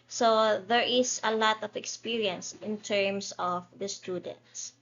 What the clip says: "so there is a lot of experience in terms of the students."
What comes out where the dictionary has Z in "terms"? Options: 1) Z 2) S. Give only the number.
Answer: 2